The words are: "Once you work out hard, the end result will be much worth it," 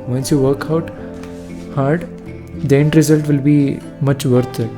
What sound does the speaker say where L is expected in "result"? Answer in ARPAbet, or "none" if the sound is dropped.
L